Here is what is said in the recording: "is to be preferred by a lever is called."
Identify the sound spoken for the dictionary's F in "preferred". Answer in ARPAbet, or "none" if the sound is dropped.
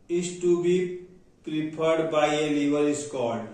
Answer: P